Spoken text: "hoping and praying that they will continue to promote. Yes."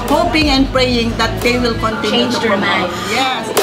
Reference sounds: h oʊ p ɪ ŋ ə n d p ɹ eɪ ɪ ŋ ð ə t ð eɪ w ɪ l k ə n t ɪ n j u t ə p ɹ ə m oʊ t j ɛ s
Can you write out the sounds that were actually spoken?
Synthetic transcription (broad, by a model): h oʊ p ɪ ŋ ə n d p ɹ eɪ ɪ ŋ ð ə t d eɪ w ɪ l k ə n t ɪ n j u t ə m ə ɪ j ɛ s